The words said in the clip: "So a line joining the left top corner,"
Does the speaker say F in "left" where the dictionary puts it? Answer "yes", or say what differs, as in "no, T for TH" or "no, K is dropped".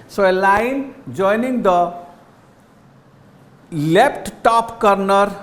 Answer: no, P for F